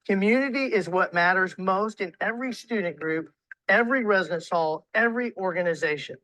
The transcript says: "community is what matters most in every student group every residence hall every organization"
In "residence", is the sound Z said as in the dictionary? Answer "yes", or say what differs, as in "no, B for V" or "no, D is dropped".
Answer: yes